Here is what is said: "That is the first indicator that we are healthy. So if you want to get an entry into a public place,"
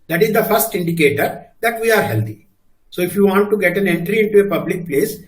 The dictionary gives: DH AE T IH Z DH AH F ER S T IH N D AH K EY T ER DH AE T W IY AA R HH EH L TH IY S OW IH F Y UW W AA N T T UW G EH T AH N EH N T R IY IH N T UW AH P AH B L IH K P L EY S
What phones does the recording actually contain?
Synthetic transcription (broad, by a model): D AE T IH Z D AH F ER S T IH N D AH K EY T ER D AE T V IY AA R HH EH L T IY S OW IH F Y UW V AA N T T UW G EH T AH N EH N T R IY IH N T UW AH P AH B L IH K P L EY S